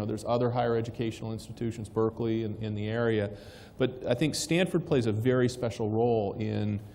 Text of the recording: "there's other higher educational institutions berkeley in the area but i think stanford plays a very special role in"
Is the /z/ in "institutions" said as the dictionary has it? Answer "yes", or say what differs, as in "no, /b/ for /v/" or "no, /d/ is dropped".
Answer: yes